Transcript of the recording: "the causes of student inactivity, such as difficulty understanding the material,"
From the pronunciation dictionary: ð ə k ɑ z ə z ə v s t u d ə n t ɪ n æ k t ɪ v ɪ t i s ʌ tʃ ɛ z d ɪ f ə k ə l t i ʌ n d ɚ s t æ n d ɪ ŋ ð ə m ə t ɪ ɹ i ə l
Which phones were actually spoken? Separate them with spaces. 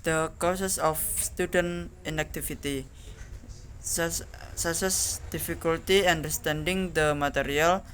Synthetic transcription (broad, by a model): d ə k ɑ s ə s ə f s t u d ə n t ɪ n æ k t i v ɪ t i s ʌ s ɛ s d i f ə k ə l t i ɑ n d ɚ s t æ n d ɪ ŋ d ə m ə t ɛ ɹ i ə l